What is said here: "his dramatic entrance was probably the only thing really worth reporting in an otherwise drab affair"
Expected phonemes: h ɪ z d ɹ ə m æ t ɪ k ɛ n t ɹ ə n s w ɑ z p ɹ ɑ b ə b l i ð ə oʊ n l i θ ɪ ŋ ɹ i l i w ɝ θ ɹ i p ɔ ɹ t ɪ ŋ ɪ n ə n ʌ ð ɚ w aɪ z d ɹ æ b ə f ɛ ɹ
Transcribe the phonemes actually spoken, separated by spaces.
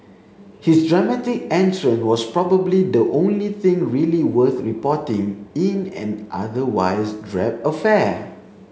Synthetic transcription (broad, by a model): h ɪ s d ɹ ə m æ t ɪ k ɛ n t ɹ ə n w ɑ s p ɹ ɑ b ə b l i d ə oʊ n l i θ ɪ ŋ ɹ i l i w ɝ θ ɹ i p ɔ t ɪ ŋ ɪ n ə n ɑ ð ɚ w aɪ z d ɹ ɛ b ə f ɛ